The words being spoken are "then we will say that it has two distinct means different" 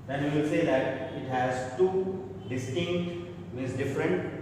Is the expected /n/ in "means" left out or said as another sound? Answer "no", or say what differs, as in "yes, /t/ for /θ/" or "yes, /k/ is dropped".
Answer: yes, /n/ is dropped